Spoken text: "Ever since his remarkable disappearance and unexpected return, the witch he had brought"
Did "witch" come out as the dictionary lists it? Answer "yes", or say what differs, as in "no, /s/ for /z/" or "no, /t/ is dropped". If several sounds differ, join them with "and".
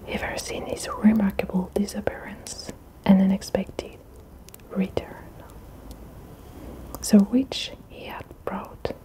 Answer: yes